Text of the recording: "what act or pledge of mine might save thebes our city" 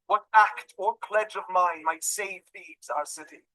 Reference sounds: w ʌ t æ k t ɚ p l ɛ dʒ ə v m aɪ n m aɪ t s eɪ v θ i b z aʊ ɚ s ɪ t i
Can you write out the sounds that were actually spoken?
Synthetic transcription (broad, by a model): w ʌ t æ k t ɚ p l ɛ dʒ ə v m aɪ n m aɪ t s eɪ v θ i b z aʊ ɚ s ɪ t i